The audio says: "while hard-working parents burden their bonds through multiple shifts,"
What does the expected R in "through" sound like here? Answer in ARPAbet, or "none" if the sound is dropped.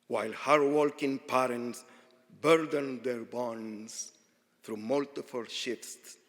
R